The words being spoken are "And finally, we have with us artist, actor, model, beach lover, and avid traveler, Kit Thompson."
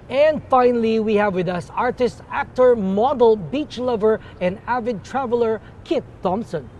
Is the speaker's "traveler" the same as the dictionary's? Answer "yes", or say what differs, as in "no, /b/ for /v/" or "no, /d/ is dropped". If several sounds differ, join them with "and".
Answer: yes